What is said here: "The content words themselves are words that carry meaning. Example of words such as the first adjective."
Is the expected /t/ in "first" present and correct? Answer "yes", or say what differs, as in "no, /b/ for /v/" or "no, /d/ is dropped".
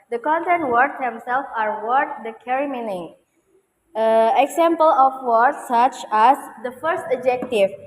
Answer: yes